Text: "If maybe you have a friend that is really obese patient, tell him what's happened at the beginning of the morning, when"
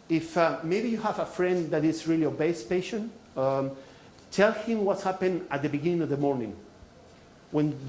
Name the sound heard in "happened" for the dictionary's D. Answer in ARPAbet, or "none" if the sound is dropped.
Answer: none